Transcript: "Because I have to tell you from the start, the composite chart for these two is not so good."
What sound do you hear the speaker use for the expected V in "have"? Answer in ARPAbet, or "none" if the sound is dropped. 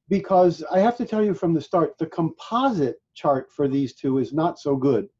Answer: F